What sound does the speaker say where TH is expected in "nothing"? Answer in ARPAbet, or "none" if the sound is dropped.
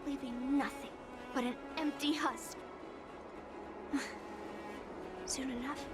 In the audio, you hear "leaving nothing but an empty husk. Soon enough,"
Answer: TH